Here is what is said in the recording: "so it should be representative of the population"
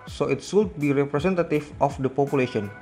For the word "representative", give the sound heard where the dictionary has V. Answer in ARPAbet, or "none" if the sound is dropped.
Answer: F